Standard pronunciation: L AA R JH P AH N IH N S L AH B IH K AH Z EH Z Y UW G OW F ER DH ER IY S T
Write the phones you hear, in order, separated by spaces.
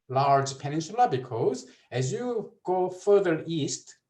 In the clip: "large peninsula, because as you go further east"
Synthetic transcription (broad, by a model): L AA R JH P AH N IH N SH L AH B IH K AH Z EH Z Y UW G OW F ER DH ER IY S T